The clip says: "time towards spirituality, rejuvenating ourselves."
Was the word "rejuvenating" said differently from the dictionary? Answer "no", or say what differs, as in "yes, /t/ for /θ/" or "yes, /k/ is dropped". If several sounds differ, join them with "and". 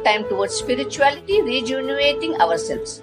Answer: yes, /n/ is dropped